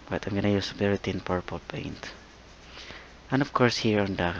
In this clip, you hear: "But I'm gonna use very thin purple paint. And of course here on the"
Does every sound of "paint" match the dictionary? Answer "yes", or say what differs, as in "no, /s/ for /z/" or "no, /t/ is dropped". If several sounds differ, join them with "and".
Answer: yes